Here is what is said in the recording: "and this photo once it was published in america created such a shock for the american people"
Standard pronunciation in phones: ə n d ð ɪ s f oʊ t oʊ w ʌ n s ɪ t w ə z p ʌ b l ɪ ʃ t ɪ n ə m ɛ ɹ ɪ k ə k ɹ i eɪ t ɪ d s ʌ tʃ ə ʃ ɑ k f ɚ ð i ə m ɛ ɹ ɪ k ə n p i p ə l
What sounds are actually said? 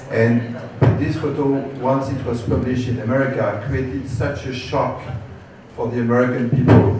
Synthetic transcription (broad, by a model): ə n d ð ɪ s f oʊ t oʊ w ʌ n s ɪ t w ə z p ʌ b l ɪ ʃ t ɪ n ə m ɛ ɹ ɪ k ə k ɹ i eɪ t ɪ d s ʌ tʃ ə ʃ ɑ k f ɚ ð i ə m ɛ ɹ ɪ k ə n p i p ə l